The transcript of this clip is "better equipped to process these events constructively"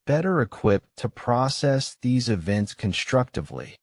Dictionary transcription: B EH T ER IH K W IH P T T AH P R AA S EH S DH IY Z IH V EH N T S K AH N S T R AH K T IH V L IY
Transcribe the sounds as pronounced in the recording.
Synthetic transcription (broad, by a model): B EH T ER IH K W IH P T T AH P R AA S EH S DH IY Z IH V EH N T S K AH N S T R AH K T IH V L IY